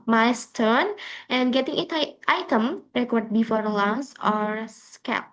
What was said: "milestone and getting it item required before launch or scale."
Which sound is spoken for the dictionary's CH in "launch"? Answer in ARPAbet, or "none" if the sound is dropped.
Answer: S